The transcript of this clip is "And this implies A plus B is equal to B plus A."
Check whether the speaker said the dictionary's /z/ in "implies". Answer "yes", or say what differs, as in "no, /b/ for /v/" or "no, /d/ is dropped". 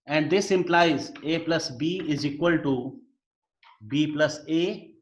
yes